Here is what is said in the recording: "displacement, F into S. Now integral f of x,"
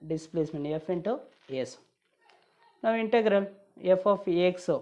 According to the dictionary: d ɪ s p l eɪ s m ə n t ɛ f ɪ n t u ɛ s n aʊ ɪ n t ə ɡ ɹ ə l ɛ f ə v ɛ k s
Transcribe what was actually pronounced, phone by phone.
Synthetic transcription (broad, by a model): d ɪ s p l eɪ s m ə n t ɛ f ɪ n t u ɛ s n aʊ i n t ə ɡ ɹ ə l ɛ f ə p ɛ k s